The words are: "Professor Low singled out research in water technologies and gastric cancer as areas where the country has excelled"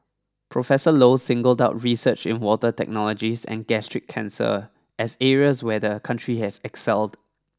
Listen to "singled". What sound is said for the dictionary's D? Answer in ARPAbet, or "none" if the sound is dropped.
D